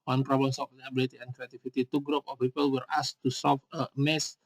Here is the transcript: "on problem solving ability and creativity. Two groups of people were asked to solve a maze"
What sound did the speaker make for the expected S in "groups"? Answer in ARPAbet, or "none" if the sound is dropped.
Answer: none